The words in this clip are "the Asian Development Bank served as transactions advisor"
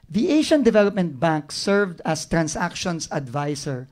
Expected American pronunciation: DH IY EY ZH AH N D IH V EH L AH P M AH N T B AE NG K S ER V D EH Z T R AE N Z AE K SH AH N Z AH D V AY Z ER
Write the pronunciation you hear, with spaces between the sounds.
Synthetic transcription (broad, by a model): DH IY EY SH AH N D IH V EH L AH P M AH N T B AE NG K S ER V D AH S T R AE N S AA K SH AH N S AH D V AY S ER